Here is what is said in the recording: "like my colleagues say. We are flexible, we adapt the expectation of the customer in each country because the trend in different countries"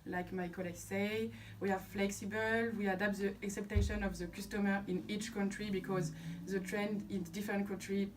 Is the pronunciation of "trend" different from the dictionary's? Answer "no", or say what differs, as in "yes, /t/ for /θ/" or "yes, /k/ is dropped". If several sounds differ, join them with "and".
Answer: no